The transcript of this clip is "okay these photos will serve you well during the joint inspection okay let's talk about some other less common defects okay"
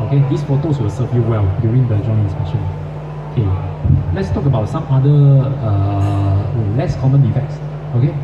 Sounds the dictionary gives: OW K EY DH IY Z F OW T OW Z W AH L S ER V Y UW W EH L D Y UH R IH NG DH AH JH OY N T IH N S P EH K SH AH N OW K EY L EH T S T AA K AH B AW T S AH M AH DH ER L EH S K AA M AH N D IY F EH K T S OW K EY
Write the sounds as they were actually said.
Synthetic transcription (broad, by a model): OW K EY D IY S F OW T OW S W AH L S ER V Y UW W EH L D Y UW R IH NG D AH JH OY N IH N S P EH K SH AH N OW K EY L EH T S T AA K AH B AW T S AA M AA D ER L EH S K AA M AH N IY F EH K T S OW K EY